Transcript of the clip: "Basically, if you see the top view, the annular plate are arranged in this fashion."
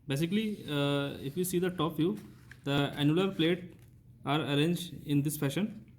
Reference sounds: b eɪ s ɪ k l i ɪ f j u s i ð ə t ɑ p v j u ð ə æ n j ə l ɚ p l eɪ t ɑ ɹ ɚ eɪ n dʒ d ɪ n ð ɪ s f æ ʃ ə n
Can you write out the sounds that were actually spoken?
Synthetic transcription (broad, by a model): b eɪ s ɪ k l i ɪ f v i s i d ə t ɑ p f j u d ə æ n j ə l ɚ p l eɪ t ɑ ɹ ɚ eɪ n dʒ d ɪ n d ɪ s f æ ʃ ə n